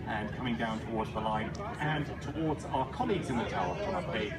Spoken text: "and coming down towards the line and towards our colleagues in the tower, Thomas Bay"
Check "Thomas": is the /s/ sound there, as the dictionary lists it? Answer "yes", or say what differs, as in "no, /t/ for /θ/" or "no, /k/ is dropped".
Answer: no, /s/ is dropped